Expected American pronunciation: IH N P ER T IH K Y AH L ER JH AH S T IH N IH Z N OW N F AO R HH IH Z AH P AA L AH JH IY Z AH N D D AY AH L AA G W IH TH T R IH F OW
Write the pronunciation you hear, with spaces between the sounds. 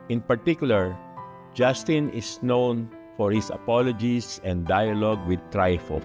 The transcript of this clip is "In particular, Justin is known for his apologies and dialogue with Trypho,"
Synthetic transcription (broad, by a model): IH N P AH T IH K Y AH L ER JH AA S T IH N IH S N OW N F AO R HH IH S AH P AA L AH JH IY S AH N D D AY AH L AA G W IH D T R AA F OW